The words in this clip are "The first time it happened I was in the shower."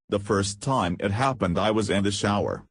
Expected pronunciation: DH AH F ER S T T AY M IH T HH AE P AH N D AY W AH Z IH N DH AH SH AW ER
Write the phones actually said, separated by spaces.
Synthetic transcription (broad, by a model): DH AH F ER S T T AY M IH T HH AE P AH N D AY W AH Z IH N DH AH SH AW ER